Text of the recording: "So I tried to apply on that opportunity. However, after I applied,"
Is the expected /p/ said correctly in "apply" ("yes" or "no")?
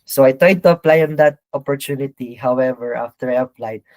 yes